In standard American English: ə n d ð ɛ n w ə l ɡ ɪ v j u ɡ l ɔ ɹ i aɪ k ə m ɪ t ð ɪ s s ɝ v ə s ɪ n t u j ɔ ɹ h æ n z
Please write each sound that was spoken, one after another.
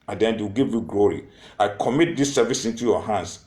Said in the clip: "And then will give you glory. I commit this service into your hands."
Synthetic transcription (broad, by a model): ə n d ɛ n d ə w ɡ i v j u ɡ l ɔ ɹ i aɪ k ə m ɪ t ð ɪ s s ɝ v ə s ɪ n t u j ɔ h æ n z